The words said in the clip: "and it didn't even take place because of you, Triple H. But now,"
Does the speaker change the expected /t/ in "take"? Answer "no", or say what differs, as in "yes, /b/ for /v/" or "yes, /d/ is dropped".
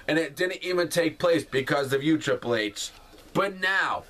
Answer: no